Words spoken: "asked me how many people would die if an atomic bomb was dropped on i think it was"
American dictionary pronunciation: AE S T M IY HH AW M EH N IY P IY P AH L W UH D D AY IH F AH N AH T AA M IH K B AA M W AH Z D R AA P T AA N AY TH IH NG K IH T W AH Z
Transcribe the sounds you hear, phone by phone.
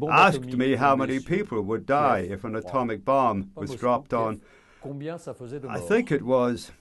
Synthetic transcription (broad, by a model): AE S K M IY HH AW M EH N IY P IY P AH L W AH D D AY IH F AH N AH T AA M IH K B AA M W AH Z D R AA P T N AY TH IH NG K IH T W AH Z